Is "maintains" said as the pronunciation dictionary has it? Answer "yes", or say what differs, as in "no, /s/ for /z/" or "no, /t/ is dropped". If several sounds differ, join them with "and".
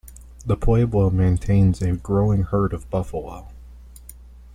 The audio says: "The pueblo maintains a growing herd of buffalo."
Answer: yes